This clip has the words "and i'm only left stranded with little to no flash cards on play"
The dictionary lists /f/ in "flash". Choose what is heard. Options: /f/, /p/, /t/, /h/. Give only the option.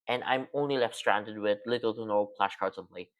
/p/